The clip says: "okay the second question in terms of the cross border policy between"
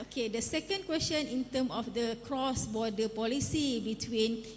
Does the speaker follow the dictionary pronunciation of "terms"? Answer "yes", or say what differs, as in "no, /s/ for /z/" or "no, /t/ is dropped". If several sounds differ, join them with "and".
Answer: no, /z/ is dropped